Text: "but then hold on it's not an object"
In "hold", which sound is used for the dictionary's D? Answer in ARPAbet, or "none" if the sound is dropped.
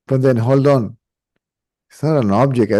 D